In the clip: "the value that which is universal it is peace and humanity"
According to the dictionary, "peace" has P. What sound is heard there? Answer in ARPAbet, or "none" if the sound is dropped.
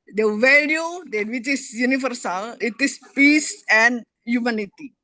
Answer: P